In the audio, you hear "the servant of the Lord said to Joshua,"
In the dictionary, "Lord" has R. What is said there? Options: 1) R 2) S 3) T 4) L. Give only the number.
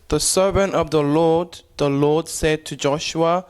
4